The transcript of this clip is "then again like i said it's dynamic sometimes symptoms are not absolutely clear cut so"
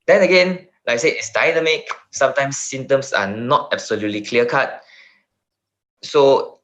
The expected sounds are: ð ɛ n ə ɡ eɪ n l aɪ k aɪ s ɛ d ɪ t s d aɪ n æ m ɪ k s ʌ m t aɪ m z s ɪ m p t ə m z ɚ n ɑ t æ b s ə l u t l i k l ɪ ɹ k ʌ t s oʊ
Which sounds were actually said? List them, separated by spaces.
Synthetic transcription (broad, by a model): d ɛ n ə ɡ eɪ n l aɪ k s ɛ ɪ t s d aɪ n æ m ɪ k s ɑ m t aɪ m s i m t ə m s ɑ n ɑ t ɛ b s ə l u t l i k l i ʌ k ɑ t s oʊ